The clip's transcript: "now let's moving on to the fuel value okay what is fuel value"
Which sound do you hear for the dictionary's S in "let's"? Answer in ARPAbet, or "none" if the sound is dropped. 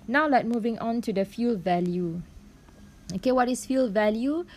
none